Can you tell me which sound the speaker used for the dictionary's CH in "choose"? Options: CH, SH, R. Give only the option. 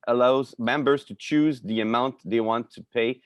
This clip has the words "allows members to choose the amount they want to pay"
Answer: CH